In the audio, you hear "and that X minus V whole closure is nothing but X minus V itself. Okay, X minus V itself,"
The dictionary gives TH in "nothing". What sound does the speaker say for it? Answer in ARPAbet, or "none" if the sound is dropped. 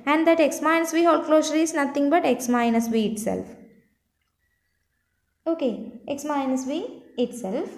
T